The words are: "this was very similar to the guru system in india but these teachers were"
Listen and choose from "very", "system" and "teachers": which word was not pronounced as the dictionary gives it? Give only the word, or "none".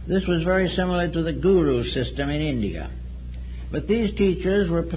none